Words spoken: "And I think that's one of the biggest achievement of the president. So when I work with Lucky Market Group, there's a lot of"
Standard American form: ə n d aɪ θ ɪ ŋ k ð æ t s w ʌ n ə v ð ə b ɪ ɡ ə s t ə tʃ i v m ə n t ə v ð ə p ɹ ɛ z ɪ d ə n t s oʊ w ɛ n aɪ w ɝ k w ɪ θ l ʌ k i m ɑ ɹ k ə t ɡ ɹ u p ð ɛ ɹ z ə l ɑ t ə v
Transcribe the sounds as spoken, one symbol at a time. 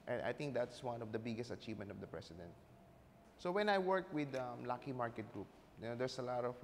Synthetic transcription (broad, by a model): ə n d aɪ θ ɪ ŋ k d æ t s w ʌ n ə v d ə b ɪ ɡ ə s t ə tʃ i v m ə n t ə v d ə p ɹ ɛ s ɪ d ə n t s oʊ w ɛ n aɪ w ɝ k w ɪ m l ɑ k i m ɑ ɹ k ə t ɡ ɹ u p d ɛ ɹ s ə l ɑ t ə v